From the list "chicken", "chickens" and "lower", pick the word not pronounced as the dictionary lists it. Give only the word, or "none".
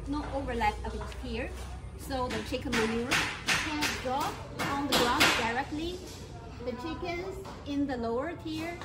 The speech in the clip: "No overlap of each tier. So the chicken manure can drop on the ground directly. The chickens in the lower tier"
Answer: none